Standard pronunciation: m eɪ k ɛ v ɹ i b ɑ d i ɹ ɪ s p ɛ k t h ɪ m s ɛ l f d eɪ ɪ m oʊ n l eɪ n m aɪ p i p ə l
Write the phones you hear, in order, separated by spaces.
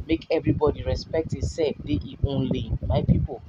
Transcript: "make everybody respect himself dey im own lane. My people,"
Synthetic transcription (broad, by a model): m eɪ k ɛ v ɹ i b ɑ d i ɹ ɪ s p ɛ k t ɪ s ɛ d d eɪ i oʊ n l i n m aɪ p i p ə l